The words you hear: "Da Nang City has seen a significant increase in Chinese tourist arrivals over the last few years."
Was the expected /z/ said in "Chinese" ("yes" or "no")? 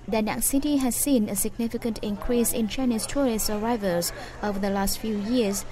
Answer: no